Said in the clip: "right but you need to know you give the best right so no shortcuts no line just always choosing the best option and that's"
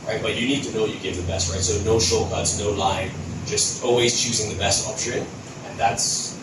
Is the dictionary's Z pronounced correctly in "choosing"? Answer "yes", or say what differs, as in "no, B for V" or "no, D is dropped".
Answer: yes